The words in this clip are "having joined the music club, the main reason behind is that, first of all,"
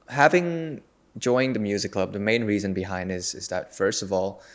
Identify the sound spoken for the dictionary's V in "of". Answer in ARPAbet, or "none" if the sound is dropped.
V